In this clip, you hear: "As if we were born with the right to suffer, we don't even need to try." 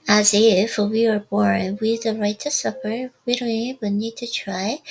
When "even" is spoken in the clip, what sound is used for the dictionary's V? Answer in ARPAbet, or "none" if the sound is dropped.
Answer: none